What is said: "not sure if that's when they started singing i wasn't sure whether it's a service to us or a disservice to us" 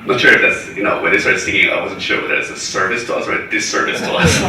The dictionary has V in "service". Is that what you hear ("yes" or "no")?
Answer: yes